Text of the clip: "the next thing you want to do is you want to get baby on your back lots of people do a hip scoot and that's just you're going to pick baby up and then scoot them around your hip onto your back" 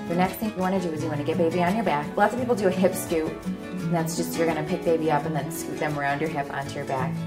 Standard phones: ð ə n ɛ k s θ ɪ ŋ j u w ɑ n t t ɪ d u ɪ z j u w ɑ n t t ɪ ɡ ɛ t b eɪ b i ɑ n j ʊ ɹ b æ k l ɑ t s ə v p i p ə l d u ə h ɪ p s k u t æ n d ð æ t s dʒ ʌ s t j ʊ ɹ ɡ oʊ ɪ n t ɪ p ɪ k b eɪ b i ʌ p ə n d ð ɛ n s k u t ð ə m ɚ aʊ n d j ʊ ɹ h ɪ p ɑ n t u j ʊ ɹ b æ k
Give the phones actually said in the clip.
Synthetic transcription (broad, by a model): ð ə n ɛ k s θ ɪ ŋ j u w ɑ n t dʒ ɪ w ɪ z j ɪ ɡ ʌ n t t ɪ ɡ ɛ t b eɪ b i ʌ n j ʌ ɹ b æ k l ɑ t s ə v p i p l d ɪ ə h ɪ p s k u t n ð æ t s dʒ ʌ s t j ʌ ɹ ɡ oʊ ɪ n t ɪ p ɪ k b eɪ b i ʌ p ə n ð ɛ n s k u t ð ə m ɚ aʊ n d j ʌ ɹ h ɪ p ɑ n t u j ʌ ɹ b æ k